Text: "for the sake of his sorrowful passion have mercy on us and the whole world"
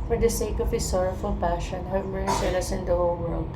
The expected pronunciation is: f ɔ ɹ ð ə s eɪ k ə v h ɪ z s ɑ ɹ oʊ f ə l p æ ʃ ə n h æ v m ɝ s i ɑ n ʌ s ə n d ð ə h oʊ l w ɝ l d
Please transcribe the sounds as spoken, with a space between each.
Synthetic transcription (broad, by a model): f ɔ ɹ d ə s eɪ k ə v h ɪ s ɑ ɹ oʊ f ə l p æ ʃ ə n h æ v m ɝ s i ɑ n ʌ s ə n d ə h oʊ l w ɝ l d